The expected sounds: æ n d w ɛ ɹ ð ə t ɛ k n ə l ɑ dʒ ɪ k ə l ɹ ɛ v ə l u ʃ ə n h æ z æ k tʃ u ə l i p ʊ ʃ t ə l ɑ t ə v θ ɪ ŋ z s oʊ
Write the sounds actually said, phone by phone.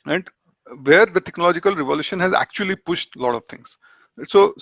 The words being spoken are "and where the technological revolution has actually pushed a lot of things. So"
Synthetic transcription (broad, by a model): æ n d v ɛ ɹ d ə t ɛ k n ə l ɑ dʒ ɪ k ə l ɹ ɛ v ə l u ʃ ə n h æ z æ k tʃ u ə l i p ʊ ʃ t l ɑ t ə v t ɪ ŋ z s oʊ